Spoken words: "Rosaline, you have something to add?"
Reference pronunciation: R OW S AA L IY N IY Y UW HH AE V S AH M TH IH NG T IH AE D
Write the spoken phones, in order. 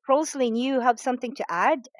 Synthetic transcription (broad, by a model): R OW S L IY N Y UW HH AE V S AH M TH IH NG T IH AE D